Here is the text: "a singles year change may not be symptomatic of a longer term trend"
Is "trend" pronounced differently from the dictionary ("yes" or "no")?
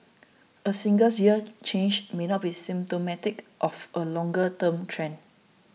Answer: yes